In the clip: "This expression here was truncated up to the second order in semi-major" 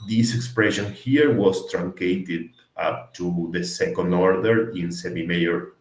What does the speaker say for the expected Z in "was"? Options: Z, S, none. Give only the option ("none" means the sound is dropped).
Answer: S